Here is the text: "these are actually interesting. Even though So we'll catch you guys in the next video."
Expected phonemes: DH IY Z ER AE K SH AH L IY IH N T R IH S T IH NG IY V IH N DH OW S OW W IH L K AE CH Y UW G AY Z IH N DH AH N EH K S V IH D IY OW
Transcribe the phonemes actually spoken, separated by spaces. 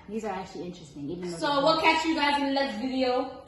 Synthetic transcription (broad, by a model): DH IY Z ER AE K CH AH L IY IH N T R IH S T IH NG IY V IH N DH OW S OW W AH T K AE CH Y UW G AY IH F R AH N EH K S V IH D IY OW